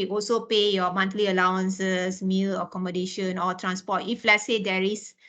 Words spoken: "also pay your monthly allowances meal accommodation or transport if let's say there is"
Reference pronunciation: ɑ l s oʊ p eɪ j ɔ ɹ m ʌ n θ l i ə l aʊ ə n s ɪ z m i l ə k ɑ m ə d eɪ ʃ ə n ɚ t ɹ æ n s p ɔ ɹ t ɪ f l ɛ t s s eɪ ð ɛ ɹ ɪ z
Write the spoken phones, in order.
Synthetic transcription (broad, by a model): ɑ l s oʊ p eɪ j ɔ m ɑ n t l i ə l aʊ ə n s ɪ s m i l ə k ɑ m ə d eɪ ʃ ə n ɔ t ɹ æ n s p ɔ t ɪ f l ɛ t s s eɪ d ɛ ɹ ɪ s